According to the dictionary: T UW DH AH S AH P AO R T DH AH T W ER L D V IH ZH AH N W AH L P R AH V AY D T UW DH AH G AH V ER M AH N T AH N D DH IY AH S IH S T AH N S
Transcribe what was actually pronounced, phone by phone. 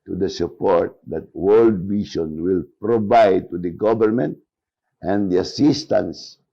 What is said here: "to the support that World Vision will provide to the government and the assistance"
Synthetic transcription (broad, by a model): T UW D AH S AH P AO R T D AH T W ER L D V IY SH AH N W AH L P R AH V AY D T UW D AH G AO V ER M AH N T AH N D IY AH S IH S T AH N S